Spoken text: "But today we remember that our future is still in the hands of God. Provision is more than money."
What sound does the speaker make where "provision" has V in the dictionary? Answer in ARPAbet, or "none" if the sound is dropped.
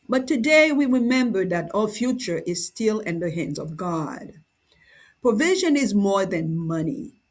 V